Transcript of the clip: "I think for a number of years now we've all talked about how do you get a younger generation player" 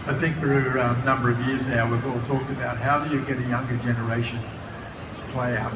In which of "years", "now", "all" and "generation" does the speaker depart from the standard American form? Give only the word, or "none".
none